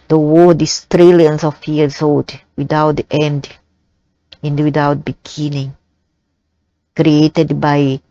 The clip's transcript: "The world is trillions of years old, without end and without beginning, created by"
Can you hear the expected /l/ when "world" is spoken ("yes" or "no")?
no